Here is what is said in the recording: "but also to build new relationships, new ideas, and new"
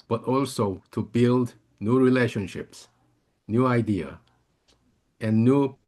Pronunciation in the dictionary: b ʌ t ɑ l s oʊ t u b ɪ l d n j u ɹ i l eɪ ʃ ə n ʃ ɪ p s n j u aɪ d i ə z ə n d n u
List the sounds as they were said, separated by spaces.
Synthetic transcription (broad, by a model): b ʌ t ɑ l s oʊ t u b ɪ l d n j u ɹ i l eɪ ʃ ə n ʃ ɪ p s n j u aɪ d i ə ə n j u